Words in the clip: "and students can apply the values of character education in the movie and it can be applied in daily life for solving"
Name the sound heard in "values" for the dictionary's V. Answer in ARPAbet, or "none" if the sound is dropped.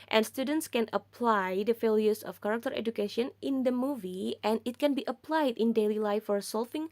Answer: F